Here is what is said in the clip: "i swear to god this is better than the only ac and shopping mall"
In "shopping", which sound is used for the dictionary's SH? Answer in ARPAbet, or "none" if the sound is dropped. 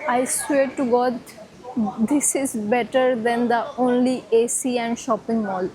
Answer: SH